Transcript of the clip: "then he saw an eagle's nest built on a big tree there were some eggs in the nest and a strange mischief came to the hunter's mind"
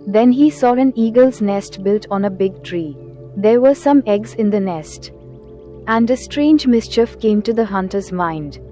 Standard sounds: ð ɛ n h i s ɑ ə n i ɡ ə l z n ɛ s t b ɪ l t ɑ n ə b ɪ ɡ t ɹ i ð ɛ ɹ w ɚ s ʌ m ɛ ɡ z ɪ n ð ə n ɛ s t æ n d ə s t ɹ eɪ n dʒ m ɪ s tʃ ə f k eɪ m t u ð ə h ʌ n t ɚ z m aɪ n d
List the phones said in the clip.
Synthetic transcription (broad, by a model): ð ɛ n h i s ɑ ə n i ɡ ə l z n ɛ s t b ɪ l t ɑ n ə b ɪ ɡ t ɹ i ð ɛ ɹ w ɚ s ʌ m ɛ ɡ z ɪ n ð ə n ɛ s t æ n d ə s t ɹ eɪ n dʒ m ɪ s tʃ ə f k eɪ m t u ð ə h ʌ n t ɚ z m aɪ n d